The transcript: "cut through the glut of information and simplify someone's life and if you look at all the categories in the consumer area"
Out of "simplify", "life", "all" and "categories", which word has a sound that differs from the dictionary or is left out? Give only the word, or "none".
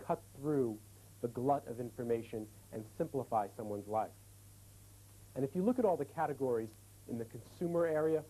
none